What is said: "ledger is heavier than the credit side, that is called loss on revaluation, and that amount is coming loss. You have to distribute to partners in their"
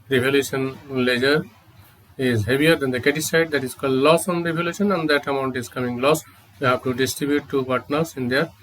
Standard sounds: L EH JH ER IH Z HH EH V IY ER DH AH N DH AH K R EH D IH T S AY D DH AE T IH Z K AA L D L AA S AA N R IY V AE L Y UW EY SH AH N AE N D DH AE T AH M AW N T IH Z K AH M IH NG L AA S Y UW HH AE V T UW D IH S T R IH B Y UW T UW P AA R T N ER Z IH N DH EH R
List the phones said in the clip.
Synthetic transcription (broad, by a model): L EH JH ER IH Z HH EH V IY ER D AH N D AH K EH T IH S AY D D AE T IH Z K AA L D L AA S AA N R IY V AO L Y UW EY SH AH N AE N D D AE T AH M AW N T IH Z K AH M IH NG L AA S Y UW HH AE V T UW D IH S T R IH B Y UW T UW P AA R T N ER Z IH N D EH R